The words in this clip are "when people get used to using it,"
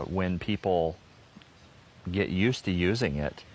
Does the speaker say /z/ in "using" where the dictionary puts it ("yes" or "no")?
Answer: yes